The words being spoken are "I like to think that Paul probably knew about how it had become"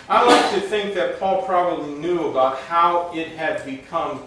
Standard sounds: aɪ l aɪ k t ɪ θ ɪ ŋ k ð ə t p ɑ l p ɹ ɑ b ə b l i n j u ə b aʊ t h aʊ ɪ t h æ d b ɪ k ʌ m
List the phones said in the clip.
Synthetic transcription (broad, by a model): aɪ l aɪ k t ɪ θ ɪ ŋ k ð ə t p ɑ l p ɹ ɑ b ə b l i n j u ə b aʊ t h aʊ ɪ t h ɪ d b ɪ k ʌ m